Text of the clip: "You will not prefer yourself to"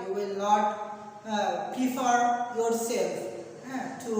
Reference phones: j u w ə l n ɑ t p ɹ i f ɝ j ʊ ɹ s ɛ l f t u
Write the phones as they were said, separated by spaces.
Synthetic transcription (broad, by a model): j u w ə l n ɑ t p i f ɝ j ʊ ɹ s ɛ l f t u